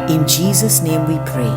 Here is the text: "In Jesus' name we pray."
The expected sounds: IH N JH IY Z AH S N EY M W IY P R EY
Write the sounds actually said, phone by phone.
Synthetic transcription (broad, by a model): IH N JH IY Z AH S N EY M W IY P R EY